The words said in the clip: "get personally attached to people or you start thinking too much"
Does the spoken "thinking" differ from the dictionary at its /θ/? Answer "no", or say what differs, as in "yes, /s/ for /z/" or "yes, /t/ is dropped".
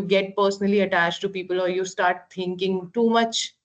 yes, /t/ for /θ/